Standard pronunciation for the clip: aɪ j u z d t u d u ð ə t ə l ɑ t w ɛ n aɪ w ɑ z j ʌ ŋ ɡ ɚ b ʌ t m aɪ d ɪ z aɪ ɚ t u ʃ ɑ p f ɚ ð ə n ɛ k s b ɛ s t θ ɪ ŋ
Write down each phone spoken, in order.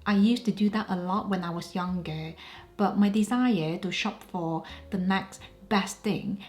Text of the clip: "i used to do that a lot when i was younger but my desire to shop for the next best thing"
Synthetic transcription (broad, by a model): aɪ j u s t u d u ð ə t ə l ɑ t w ɛ n aɪ w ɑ s j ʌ ŋ ɡ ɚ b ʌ t m aɪ d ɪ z aɪ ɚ t u ʃ ɑ p f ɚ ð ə n ɛ k s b ɛ s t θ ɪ ŋ